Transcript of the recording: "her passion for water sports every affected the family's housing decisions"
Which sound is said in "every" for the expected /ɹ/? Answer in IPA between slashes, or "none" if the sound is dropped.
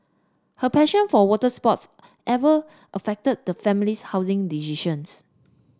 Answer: none